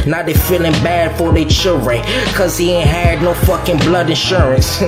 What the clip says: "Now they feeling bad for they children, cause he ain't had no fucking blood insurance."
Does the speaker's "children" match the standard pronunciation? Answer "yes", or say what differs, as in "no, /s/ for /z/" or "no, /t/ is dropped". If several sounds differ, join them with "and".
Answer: yes